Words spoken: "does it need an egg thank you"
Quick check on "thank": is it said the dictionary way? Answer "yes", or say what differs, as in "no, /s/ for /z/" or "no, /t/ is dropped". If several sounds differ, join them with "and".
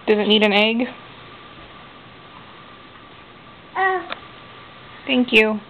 yes